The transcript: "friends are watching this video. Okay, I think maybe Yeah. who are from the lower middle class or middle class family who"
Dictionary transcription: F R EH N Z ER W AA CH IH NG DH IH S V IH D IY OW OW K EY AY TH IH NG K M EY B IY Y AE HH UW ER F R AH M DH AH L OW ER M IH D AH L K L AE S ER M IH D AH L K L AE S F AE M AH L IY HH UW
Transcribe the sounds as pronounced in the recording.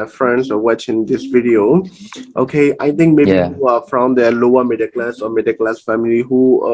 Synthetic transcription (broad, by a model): F R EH N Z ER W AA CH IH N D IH S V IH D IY OW OW K EY AY T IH NG K M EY IY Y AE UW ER F R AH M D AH L OW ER M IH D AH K L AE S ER M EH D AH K L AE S F AE M AH L IY HH UW